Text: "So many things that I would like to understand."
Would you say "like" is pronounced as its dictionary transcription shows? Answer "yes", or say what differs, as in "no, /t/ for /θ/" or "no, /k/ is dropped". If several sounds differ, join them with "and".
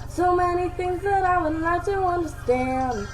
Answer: no, /n/ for /l/